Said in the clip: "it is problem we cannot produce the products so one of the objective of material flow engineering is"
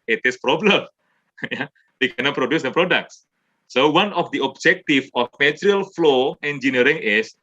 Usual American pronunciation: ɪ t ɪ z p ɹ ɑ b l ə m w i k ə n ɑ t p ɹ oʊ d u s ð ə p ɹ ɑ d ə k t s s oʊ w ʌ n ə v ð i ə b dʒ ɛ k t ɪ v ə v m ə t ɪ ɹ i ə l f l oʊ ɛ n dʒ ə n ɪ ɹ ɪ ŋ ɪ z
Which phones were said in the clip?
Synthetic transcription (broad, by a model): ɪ t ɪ s p ɹ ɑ b l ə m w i k ə n ɑ t p ɹ oʊ d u s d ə p ɹ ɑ d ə k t s s oʊ w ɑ n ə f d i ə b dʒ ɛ k t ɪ f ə f m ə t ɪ ɹ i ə l f l oʊ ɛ n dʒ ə n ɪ ɹ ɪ ŋ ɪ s